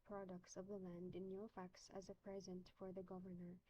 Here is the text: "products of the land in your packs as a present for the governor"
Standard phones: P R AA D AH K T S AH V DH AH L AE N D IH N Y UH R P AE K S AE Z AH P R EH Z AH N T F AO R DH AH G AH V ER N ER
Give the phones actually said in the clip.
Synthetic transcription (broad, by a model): P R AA D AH K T S AH V DH AH L AE N D IH N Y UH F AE K S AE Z AH P R EH Z AH N T F AO R DH AH G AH V ER N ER